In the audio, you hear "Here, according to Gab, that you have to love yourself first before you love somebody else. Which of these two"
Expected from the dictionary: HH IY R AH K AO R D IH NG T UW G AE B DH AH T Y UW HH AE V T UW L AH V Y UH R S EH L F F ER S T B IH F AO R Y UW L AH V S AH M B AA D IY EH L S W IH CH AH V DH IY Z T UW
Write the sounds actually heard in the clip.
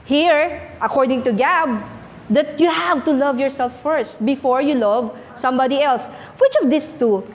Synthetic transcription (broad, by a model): HH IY R AH K AO R D IH NG T UW G AE B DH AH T Y UW HH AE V T UW L AH V Y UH R S EH L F F ER S T B IH F AO R Y UW L AH V S AH M B AA D IY EH L S W IH CH AH V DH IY S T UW